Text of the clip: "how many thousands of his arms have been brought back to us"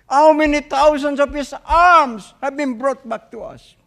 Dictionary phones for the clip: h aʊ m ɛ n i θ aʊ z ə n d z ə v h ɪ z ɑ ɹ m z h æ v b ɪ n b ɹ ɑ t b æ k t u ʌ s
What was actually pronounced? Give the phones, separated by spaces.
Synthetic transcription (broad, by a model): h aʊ m ɛ n i t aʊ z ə n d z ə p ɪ s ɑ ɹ m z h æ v b ɪ n b ɹ ɑ t b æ k t u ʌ s